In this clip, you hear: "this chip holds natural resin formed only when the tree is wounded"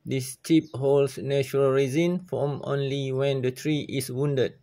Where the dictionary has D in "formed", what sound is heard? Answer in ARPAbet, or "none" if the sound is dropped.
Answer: none